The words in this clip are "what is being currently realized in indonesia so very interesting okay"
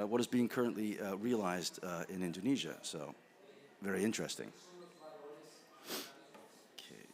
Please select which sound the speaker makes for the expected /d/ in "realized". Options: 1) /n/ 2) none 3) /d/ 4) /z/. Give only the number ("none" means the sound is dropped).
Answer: 3